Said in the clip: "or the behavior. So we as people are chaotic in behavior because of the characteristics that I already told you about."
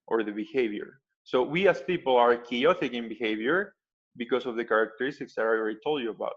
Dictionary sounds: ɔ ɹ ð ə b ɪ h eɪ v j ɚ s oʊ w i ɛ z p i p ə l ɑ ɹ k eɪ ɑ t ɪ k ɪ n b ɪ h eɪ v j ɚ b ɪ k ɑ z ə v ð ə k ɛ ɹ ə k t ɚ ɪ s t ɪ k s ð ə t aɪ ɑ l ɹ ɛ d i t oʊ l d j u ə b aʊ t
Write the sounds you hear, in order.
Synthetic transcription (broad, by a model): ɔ ɹ ð ə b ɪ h eɪ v j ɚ s oʊ w i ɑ s p i p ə l ɑ ɹ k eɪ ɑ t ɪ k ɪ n b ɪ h eɪ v j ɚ b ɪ k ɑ s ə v ð ə k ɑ ɹ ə k t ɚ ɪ s t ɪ k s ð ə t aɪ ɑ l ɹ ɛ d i t oʊ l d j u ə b aʊ t